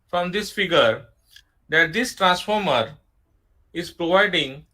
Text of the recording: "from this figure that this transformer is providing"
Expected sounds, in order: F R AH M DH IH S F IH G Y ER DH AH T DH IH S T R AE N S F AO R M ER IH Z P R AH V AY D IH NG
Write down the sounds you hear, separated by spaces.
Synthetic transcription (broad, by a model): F R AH M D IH S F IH G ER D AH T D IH S T R AE N S F AO R M ER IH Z P R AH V AY D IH NG